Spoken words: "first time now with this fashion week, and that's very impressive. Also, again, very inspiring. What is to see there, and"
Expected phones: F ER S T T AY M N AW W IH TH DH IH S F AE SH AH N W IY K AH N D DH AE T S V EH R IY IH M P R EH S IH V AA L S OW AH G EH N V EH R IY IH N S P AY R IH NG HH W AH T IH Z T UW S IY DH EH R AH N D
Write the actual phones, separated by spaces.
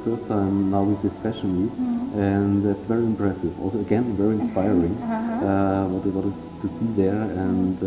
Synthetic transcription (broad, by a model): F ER S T T AY M N AW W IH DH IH S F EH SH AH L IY AH N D DH AE T S V EH R IY IH M P R EH S IH V AA L S OW AH G EH N V EH R IY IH N S P AY R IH NG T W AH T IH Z T UW S IY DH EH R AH N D